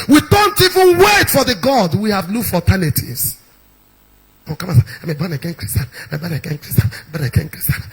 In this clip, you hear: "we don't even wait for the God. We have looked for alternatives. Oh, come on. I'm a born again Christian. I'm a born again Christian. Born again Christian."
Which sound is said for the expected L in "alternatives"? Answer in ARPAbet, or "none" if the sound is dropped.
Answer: none